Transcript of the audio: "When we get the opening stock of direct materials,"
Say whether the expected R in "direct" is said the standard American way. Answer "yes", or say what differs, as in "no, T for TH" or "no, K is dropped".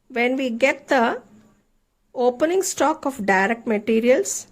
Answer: yes